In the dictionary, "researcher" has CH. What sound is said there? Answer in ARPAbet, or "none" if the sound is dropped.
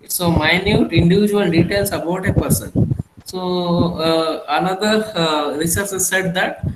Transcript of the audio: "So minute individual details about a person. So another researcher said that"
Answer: S